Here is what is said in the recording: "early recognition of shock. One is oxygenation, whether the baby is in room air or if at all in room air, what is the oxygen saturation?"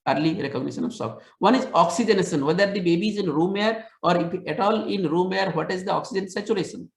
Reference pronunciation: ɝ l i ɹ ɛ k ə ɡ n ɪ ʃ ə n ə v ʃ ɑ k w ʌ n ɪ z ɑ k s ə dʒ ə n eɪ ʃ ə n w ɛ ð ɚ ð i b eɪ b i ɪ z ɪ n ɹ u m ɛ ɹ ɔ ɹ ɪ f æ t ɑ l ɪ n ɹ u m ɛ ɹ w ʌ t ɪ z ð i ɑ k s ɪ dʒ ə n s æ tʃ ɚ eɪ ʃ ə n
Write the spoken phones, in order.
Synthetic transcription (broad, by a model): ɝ l i ɹ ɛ k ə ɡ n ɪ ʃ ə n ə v s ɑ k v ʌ n ɪ z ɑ k s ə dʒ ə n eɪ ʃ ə n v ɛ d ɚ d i b eɪ b i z ɪ n ɹ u m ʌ ɹ ɔ ɹ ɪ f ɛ t ɑ l ɪ n ɹ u m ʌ ɹ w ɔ t ɪ z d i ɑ k s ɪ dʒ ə n s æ tʃ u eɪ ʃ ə n